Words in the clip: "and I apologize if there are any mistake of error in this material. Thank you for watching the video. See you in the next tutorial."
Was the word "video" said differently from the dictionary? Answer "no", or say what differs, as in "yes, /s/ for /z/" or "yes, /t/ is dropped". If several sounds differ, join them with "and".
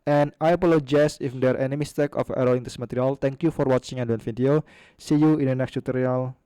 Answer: yes, /f/ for /v/